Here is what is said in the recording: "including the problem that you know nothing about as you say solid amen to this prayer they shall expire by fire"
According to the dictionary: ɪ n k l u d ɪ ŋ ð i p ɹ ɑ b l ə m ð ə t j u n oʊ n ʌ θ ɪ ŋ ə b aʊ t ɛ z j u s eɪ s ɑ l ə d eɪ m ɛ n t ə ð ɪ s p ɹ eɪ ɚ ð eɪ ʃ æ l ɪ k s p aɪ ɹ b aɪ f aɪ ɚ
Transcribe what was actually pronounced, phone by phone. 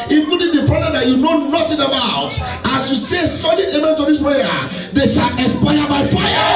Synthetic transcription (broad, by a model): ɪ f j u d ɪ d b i p ɹ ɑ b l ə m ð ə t j u n oʊ n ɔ t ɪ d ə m aʊ t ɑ s j u s eɪ s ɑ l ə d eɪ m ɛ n t ə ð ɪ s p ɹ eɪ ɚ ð eɪ ʃ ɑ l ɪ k s p aɪ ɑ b aɪ f aɪ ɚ